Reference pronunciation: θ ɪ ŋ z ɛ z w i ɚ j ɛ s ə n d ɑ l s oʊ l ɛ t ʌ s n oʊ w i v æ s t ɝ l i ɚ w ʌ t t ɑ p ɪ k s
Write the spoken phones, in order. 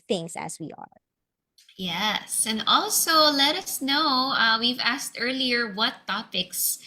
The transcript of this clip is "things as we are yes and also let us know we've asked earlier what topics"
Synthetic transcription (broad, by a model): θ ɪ ŋ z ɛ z w i ɚ j ɛ s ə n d ɑ l s oʊ l ɛ t ʌ s n oʊ w i v æ s t ɝ l i ɚ w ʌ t t ɑ p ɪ k s